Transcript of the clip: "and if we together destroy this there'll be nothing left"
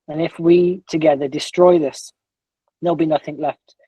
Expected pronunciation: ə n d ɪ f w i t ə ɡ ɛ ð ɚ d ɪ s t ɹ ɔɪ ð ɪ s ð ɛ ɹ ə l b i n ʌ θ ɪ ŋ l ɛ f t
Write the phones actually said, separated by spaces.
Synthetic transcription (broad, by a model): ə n ɪ f w i t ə ɡ ɛ ð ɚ d ɪ s t ɹ ɔɪ ð ɪ s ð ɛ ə l b i n ʌ θ ɪ ŋ l ɛ f t